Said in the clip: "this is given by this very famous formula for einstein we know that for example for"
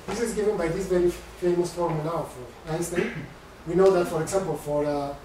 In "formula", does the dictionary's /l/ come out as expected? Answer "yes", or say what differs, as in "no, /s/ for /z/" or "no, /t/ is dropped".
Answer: no, /l/ is dropped